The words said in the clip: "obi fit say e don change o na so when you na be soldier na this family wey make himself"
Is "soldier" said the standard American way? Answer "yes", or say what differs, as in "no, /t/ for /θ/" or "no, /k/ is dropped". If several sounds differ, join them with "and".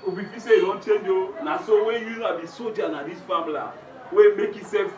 no, /l/ is dropped